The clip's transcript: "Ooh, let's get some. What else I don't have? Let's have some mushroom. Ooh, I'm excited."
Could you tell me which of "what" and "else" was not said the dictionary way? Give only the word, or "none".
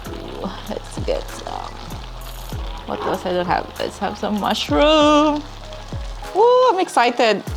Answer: else